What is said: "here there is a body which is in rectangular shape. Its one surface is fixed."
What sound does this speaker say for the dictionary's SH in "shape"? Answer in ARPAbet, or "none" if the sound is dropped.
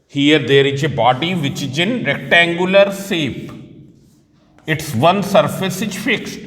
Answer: S